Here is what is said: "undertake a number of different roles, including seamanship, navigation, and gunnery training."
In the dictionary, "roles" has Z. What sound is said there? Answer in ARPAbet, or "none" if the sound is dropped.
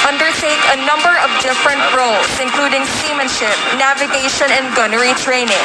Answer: S